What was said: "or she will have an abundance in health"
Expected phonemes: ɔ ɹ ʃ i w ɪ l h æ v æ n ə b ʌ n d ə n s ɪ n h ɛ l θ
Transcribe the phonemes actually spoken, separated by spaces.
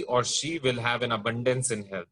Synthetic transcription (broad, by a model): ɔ ɹ ʃ i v ɪ l h æ v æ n ə b ʌ n d ə n s ɪ n h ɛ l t